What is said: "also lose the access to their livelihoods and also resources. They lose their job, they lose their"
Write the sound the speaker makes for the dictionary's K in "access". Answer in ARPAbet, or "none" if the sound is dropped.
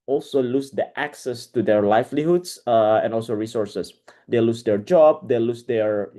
K